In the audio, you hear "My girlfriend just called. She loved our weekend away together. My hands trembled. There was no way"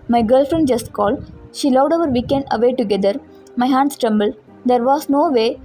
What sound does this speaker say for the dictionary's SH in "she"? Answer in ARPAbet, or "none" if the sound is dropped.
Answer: SH